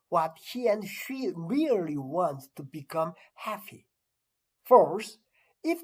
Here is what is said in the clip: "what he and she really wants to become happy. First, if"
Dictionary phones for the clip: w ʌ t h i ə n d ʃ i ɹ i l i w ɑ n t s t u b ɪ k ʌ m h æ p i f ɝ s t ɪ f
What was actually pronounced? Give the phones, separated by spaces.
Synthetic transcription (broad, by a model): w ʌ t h i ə n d ʃ i ɹ i l i w ɑ n t s t u b ɪ k ʌ m h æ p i f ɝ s ɪ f